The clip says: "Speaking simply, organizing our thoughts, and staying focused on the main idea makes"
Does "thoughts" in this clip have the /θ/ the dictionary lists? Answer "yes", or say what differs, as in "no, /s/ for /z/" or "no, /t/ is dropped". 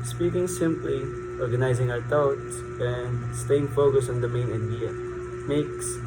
no, /t/ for /θ/